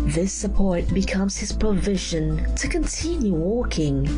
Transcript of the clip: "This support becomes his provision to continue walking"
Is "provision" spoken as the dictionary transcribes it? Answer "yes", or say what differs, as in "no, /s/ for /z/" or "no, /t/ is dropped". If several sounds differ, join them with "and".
yes